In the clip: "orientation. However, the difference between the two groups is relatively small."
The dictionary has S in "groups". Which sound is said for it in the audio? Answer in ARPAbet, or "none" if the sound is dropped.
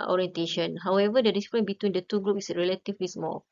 none